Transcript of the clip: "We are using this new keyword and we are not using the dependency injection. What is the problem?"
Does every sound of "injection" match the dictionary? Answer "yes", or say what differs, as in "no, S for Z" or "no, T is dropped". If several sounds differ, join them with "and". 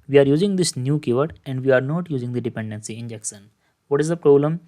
no, S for SH